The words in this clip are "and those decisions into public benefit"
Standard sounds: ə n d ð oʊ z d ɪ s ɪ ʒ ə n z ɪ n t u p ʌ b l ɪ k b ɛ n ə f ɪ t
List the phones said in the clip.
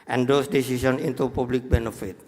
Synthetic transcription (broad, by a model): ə n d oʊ s d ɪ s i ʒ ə n ɪ n t u p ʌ b l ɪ k b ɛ n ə f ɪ t